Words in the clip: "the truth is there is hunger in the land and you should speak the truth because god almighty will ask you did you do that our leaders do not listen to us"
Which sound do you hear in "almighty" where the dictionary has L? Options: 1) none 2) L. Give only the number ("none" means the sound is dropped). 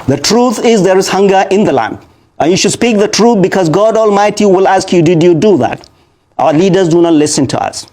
2